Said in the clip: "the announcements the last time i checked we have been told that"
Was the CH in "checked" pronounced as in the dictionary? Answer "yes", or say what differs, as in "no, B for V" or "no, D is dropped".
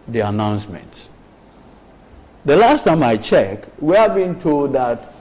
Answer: yes